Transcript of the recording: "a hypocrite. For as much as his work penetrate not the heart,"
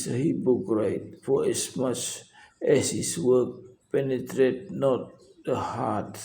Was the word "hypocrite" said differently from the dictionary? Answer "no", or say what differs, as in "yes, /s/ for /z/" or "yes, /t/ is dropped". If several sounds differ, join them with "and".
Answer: yes, /b/ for /p/